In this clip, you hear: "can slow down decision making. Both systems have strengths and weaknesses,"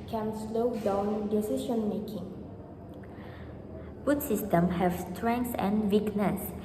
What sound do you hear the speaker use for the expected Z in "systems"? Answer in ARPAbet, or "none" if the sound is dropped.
none